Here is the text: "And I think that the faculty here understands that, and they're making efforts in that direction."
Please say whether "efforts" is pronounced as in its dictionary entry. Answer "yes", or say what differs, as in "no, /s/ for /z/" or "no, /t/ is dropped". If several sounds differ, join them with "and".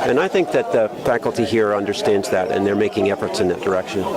yes